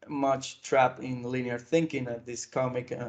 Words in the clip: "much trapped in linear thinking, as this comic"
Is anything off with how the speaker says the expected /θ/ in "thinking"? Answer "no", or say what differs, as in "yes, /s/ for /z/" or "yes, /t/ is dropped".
no